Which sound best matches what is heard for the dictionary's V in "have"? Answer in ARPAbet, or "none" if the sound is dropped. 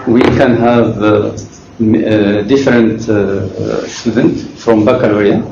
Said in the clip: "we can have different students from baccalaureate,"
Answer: V